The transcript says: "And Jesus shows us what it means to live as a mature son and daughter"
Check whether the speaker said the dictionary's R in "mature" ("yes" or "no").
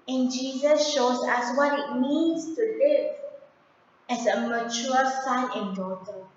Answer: no